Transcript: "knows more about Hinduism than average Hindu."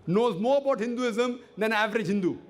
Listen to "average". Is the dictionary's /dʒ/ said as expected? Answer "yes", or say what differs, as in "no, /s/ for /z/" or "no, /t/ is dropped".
yes